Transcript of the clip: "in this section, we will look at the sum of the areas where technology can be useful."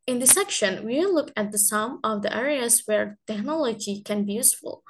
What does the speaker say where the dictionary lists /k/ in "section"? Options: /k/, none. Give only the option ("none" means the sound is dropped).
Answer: /k/